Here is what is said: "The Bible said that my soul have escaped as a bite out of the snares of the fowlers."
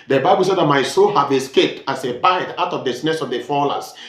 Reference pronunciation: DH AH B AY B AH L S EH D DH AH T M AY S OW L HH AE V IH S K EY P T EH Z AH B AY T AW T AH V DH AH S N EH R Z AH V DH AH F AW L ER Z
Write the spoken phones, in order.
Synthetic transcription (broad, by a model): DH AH B AY B AH L S EH D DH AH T M AY S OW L HH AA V IH S K EY P T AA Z AH B AY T AW T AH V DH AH S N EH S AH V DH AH F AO L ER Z